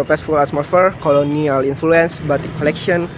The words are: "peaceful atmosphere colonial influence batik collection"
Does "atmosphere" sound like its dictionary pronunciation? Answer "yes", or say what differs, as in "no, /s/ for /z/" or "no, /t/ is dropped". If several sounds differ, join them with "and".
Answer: no, /s/ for /t/ and /s/ is dropped